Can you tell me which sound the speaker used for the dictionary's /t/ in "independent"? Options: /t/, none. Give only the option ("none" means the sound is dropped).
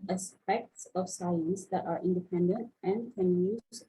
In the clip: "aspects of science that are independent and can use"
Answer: /t/